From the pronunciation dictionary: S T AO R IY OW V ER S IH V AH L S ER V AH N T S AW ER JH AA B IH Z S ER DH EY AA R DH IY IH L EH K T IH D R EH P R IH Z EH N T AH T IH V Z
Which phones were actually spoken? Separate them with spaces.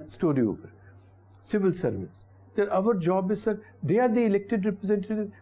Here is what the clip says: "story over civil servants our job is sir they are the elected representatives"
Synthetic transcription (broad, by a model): S T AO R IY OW P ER S IH V AH L S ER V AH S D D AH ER JH AA B IH Z S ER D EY AA R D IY IH L EH K T IH D R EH P R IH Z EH N T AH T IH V